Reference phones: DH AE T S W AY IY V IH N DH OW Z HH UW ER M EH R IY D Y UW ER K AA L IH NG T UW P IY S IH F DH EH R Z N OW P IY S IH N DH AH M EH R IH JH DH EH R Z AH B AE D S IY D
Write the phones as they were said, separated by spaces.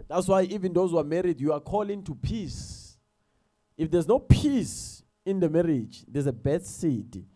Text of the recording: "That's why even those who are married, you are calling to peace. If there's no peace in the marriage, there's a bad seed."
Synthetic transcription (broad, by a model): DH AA T S W AY IY V IH N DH OW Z HH UW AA M EH R IY D Y UW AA K AA L IH NG T UW P IY S IH F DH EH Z N OW P IY S IH N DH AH M EH R IH JH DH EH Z AH B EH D S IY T